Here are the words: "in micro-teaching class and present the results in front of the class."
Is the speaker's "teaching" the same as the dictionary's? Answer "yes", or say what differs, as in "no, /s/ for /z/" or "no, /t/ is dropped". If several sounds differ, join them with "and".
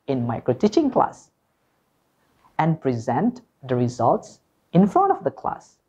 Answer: yes